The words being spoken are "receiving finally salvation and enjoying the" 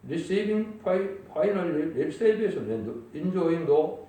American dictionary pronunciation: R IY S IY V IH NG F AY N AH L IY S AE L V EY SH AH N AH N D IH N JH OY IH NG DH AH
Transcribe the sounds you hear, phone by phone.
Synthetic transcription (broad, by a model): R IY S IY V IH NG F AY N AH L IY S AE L B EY S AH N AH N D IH N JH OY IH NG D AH